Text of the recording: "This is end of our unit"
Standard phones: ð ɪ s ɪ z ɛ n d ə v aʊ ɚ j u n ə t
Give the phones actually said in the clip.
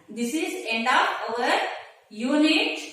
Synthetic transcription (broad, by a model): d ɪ s ɪ z ɛ n d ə p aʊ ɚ j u n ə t